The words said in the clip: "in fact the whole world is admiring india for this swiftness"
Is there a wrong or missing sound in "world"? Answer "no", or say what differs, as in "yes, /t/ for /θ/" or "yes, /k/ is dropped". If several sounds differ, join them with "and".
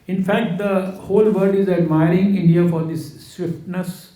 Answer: yes, /l/ is dropped